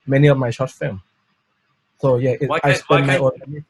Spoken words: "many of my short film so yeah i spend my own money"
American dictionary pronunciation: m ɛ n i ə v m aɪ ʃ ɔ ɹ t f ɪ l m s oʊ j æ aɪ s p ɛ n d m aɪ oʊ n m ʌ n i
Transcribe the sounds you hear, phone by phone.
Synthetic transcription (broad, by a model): m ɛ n i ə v m aɪ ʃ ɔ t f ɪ m s oʊ j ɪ aɪ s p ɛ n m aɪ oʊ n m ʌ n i